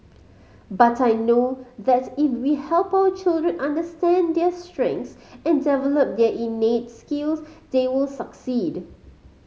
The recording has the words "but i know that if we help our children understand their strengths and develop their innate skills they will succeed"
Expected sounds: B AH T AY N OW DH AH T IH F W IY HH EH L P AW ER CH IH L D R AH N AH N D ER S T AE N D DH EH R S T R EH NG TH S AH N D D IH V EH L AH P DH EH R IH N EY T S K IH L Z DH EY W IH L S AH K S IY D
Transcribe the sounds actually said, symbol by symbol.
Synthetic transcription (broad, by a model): B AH T AY N OW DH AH T IH F W IY HH EH L P AW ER CH IH L D R AH N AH N D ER S T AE N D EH S T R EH NG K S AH N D D IH V EH L AH P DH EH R IH N EY T S K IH L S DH EY W IH L S AH K S IY D